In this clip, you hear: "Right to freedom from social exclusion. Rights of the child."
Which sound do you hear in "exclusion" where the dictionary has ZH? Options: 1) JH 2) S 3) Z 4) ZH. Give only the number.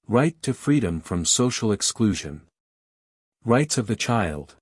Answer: 4